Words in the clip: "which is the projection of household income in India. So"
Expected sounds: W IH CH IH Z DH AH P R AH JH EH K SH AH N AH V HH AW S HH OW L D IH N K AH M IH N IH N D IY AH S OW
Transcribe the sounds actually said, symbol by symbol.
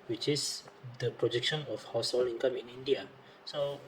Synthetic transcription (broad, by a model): W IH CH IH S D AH P R AH JH EH K SH AH N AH F HH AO S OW L IY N K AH M IH N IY N D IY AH S OW